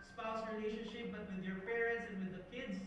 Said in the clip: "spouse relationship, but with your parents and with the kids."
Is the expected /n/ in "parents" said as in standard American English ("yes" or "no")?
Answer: yes